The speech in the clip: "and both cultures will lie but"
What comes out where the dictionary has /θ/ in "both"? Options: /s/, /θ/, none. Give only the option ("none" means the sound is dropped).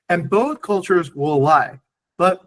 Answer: /θ/